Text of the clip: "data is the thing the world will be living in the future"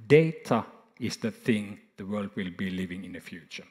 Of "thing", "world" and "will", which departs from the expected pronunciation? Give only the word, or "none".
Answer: none